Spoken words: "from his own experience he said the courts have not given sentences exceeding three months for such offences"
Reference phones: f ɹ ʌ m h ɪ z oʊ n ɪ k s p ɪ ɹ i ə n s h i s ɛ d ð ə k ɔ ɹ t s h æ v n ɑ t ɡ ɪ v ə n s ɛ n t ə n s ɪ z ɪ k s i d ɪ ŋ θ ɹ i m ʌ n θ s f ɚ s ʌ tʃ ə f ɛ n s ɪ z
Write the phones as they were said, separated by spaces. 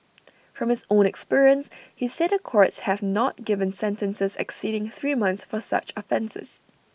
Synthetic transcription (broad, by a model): f ɹ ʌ m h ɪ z oʊ n ɪ k s p ɪ ɹ i ə n s h i s ɛ d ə k ɔ ɹ t s h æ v n ɑ t ɡ ɪ v ə n s ɛ n t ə n s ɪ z ɪ k s i d ɪ ŋ θ ɹ i m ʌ n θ s f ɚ s ʌ tʃ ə f ɛ n s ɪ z